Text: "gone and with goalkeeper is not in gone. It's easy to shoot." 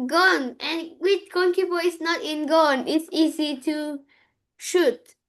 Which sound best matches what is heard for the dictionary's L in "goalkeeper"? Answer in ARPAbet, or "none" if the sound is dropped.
N